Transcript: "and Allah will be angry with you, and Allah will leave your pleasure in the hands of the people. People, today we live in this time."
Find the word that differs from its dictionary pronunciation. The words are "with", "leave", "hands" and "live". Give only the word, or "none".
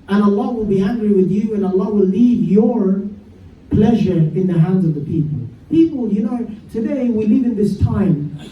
none